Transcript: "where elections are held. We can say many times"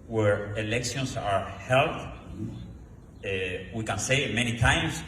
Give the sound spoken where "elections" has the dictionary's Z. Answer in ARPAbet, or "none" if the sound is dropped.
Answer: S